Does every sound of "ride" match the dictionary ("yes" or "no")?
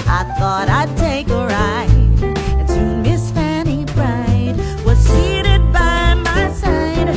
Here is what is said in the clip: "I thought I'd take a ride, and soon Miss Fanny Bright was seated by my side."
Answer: no